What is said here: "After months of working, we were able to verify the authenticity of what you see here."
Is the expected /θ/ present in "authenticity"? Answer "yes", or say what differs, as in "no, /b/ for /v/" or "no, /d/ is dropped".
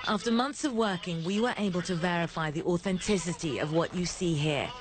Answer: yes